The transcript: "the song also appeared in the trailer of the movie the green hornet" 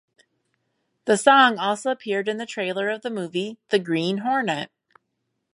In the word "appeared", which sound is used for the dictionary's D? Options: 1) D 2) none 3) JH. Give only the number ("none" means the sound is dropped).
1